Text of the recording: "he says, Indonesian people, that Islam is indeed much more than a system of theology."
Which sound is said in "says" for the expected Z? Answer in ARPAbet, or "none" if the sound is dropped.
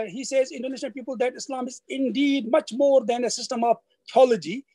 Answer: Z